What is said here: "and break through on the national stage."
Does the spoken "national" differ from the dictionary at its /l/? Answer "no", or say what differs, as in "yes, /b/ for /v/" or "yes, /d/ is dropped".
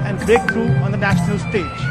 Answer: no